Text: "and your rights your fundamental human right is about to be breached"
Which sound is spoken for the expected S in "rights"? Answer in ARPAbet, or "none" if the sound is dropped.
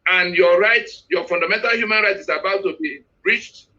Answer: none